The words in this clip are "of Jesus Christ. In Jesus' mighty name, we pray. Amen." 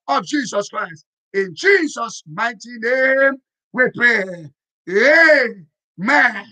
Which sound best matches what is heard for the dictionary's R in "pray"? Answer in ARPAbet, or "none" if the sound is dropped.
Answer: none